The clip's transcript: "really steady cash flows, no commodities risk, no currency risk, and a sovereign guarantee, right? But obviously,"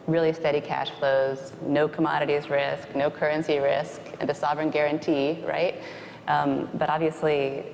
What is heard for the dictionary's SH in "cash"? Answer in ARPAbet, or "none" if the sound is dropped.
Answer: SH